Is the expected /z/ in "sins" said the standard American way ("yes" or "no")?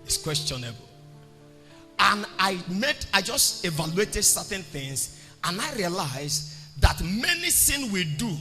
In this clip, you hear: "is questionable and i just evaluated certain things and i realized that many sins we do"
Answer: no